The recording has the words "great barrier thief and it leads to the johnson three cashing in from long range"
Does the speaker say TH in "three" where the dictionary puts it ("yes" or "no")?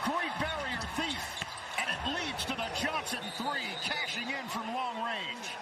yes